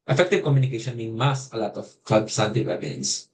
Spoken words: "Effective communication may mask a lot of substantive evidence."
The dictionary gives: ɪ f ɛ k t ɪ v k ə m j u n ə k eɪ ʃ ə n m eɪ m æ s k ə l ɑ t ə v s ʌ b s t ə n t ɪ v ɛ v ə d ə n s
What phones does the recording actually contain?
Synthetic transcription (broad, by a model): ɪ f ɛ k t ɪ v k ə m j u n ə k eɪ ʃ ə n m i m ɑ s ə l ɑ t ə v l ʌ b s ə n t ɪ w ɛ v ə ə n s